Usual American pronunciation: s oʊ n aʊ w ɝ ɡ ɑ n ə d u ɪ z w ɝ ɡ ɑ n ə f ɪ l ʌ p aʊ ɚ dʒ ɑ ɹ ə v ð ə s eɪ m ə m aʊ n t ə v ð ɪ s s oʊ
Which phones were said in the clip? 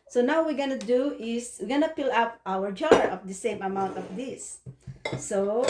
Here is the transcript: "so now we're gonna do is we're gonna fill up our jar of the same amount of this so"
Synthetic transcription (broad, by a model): s oʊ n aʊ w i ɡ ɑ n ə d u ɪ s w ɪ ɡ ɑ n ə p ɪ l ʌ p aʊ ɚ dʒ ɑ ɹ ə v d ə s eɪ m ə m aʊ n t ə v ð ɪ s s oʊ